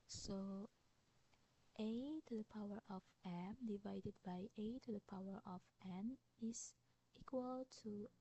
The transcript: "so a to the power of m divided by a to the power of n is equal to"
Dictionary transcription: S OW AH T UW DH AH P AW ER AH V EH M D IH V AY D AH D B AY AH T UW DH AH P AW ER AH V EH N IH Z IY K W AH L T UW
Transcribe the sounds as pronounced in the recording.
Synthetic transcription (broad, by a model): S OW AH T UW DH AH P AW ER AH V EH M D IH V AY D AH D B AY AH T UW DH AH P AW ER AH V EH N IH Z IY K W AH L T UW